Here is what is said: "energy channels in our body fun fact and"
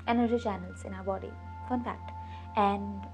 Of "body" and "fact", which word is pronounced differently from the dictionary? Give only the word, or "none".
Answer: fact